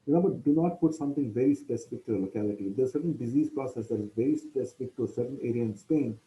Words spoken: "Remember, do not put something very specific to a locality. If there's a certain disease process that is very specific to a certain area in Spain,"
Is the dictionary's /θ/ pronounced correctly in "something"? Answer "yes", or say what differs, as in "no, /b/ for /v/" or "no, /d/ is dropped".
no, /t/ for /θ/